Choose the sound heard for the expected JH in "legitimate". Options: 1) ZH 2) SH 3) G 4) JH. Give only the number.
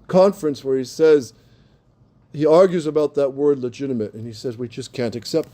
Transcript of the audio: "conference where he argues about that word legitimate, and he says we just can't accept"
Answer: 4